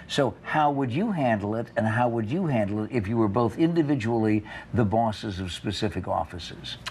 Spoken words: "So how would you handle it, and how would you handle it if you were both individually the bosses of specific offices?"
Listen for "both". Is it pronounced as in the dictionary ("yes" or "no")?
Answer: yes